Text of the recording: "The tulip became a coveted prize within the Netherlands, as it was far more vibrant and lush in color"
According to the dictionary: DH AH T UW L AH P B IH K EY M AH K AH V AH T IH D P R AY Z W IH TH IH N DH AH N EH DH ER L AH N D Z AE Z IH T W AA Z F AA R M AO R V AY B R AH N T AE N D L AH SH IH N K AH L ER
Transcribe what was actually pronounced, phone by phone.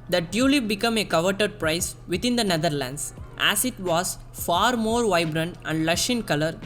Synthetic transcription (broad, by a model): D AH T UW L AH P B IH K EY M AH K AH V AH T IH D P R AY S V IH T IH N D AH N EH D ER L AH N D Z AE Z IH T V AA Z F AA R M AO R V AY B R AH N T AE N D L AH SH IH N K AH L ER